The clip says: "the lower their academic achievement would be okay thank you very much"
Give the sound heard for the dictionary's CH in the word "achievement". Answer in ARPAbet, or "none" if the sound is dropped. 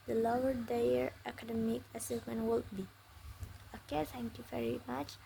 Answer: S